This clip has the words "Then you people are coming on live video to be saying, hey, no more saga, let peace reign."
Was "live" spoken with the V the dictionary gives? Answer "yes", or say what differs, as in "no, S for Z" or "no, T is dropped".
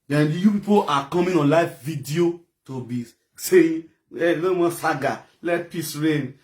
no, F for V